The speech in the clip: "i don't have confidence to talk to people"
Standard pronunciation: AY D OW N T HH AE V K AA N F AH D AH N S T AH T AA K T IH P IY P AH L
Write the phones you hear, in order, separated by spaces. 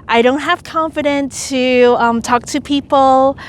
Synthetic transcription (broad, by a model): AY D OW N T HH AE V K AA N F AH D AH N T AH T AA K T IH P IY P L